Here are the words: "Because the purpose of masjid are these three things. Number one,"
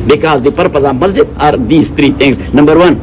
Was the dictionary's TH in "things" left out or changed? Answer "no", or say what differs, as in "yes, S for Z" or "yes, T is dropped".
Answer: yes, T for TH